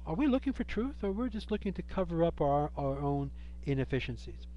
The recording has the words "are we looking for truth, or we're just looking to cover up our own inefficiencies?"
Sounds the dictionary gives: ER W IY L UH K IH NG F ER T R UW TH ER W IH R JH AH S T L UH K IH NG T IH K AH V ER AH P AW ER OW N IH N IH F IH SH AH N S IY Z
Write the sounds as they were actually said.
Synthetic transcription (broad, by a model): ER W IY L UH K IH NG F ER T R UW TH ER W IH R JH AH S T L UH K IH NG T IH K AH V ER AH P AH ER OW N IH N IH F IH SH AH N S IY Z